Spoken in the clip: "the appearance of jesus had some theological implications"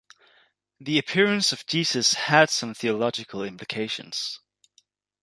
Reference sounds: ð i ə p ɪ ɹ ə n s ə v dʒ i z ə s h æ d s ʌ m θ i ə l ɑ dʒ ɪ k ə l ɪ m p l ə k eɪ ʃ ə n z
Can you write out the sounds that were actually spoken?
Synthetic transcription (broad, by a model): ð i ə p ɪ ɹ ə n s ə v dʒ i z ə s h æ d s ʌ m θ i ə l ɑ dʒ ɪ k ə l ɪ m p l ə k eɪ ʃ ə n z